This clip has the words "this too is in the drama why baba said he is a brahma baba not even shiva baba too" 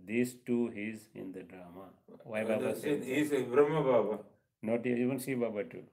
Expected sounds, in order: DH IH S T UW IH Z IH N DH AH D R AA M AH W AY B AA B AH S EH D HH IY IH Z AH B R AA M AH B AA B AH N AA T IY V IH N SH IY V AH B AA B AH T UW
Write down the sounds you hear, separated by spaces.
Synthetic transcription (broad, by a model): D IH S T UW IH Z IH N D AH D R AA M AH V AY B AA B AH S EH HH IY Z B R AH M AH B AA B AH N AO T IY V IH N S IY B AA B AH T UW